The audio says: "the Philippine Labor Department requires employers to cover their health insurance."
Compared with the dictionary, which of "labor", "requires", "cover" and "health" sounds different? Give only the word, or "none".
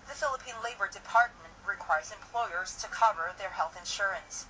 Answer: none